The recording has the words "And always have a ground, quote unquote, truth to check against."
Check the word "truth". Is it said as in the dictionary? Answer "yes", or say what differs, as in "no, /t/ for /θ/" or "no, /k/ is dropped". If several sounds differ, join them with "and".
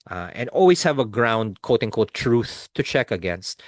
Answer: yes